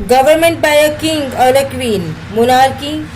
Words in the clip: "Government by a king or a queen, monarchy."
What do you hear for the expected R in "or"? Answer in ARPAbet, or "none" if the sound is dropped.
L